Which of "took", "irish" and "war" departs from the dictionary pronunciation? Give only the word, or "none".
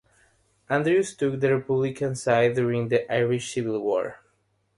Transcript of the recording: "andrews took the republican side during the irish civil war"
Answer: none